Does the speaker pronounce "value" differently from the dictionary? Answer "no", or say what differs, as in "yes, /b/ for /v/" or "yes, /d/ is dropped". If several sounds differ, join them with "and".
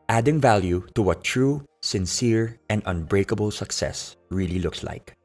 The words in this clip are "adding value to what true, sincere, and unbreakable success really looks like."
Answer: no